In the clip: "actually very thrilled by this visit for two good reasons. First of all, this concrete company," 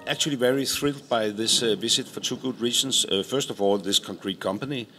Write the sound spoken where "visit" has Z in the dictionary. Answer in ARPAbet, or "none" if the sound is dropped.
S